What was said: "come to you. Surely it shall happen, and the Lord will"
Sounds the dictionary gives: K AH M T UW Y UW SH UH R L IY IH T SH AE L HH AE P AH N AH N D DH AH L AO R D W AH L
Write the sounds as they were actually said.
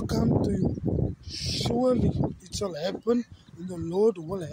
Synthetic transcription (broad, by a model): K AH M T UW Y UW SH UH L IY IH T S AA L HH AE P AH N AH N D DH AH L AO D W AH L